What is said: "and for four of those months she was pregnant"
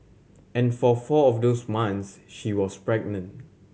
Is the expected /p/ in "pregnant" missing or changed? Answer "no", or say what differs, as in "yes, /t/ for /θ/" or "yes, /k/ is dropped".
no